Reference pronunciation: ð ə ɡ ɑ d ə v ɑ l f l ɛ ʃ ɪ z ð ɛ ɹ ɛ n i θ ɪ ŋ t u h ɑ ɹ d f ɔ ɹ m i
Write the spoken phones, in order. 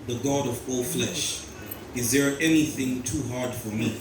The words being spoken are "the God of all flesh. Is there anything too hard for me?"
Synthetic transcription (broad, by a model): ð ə ɡ ɑ d ə v ɑ l f l ɛ ʃ ɪ z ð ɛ ɹ ɛ n i θ ɪ ŋ t u h ɑ ɹ d f ɔ ɹ m i